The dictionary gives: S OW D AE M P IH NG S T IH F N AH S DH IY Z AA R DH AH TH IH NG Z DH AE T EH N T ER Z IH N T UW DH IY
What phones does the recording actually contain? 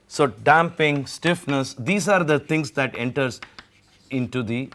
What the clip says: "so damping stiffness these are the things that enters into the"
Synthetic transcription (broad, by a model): S OW D AE M P IH NG S T IH F N AH S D IY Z AA R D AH T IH NG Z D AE T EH N T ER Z IH N T UW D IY